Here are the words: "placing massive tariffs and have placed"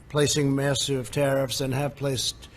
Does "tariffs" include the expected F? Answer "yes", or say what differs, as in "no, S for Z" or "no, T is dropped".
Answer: yes